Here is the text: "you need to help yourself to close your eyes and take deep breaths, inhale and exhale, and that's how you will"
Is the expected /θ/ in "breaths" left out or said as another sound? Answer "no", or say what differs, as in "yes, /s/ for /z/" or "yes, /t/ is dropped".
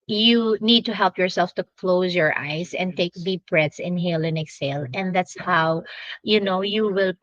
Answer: yes, /t/ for /θ/